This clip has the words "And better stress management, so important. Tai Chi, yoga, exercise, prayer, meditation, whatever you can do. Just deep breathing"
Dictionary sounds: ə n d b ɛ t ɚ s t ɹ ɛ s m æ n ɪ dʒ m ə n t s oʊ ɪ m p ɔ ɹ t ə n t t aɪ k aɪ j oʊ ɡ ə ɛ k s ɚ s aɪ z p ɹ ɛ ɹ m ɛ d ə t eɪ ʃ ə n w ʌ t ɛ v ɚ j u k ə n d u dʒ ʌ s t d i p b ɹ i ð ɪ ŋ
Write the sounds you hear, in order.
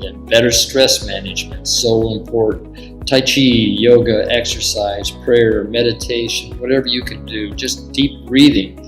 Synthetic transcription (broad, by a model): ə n b ɛ t ɚ s t ɹ ɛ s m æ n ɪ dʒ m ə n t s oʊ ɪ m p ɔ ɹ t n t t aɪ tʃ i j oʊ ɡ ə ɛ k s ɚ s aɪ z p ɹ ɛ ɹ m ɛ d ə t eɪ ʃ ə n w ʌ t ɛ v ɚ j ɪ k ə n d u dʒ ʌ s d i p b ɹ i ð ɪ ŋ